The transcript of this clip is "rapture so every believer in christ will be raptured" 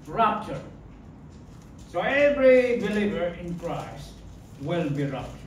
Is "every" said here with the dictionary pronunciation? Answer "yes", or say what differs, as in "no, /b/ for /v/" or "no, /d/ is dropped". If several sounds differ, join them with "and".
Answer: yes